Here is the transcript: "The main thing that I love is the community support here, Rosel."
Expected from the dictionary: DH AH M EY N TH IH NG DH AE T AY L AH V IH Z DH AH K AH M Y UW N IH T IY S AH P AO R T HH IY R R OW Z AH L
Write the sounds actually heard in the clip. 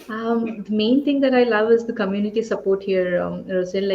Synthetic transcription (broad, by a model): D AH M EY N T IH NG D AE T AY L AH V IH Z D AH K AH M Y UW N IH T IY S AH P AO R T HH IY R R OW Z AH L